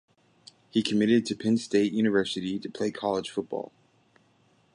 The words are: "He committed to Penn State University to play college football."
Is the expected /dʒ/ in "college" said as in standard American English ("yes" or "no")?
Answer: no